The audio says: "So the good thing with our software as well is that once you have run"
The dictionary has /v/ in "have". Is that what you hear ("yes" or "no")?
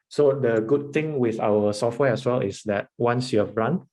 no